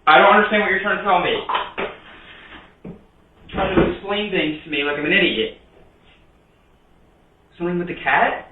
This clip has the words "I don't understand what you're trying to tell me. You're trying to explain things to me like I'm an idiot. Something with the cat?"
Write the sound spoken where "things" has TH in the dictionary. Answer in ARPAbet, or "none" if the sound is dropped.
TH